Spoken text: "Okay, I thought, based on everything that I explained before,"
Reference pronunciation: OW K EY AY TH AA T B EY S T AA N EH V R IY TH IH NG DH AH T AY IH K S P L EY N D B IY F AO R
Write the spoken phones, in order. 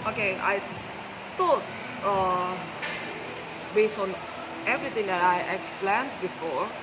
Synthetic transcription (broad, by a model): OW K EY AY T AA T B EY S T AA N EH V R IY T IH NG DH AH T AY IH K S P L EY N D B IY F AO R